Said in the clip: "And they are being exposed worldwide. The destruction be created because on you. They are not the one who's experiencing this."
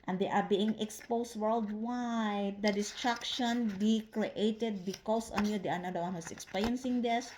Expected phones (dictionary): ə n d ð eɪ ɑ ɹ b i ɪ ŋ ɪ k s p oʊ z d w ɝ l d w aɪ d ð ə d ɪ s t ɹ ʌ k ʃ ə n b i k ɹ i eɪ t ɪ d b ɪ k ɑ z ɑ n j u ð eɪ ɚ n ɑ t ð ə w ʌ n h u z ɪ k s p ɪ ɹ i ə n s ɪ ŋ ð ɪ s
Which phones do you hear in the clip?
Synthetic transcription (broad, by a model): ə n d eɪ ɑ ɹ b i ɪ ŋ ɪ k s p oʊ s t w ɝ l d w aɪ d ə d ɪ s t ɹ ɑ k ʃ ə n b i k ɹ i eɪ t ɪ d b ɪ k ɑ s ɑ n j u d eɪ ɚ n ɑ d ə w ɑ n h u s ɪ k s p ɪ ɹ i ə n s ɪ ŋ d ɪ s